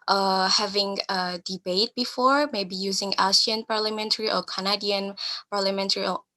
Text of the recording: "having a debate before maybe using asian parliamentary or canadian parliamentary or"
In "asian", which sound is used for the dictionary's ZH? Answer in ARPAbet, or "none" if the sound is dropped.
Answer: S